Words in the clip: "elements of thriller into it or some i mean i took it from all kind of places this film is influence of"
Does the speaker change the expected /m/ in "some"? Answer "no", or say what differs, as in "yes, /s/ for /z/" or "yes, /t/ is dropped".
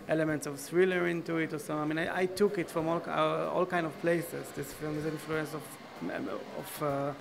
yes, /m/ is dropped